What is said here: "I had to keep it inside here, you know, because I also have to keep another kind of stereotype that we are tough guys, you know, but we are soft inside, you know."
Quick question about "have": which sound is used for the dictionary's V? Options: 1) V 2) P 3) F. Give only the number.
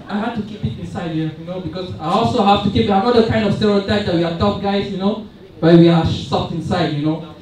3